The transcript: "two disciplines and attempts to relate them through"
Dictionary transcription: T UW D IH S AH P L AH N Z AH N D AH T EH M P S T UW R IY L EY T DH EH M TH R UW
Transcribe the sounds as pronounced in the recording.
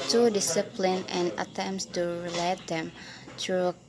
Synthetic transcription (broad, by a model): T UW D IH S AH P L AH N AH N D AH T EH M P S T UW R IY L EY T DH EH M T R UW